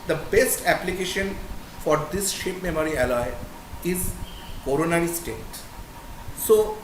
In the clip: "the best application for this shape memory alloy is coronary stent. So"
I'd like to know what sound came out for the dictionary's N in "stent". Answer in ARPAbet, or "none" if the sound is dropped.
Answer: none